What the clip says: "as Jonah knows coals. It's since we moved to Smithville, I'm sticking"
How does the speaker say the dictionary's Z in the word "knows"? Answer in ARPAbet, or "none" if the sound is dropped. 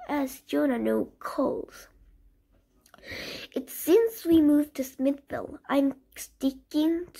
none